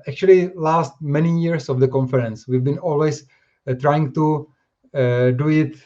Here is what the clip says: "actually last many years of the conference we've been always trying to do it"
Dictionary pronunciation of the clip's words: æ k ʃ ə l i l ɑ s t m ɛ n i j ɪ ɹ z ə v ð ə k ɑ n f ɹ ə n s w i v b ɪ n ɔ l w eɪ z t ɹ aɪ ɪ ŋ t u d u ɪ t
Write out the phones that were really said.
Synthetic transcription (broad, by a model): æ k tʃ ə l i l ɑ s t m ɛ n i j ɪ ɹ s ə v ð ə k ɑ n f ɹ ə n s w i v b ɪ n ɔ l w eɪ s t ɹ aɪ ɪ ŋ t u d u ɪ t